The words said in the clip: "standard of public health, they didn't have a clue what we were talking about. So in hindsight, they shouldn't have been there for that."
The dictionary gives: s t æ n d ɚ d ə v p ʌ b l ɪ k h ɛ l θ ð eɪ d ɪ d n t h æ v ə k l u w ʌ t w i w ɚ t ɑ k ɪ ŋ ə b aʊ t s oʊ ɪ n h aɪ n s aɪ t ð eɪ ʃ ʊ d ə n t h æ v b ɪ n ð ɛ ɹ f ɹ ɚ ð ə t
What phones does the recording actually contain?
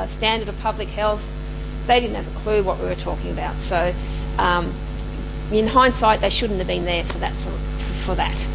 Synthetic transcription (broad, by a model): s t æ n d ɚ d ə v p ʌ b l ɪ k h ɛ l θ ð eɪ d ɪ d n t h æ v ə k l u w ʌ t w i w ɚ t ɑ k ɪ ŋ ə b aʊ t s oʊ ɪ n h aɪ n s aɪ t ð eɪ ʃ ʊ d n t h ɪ v b ɪ n ð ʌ ɹ f ɹ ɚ ð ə t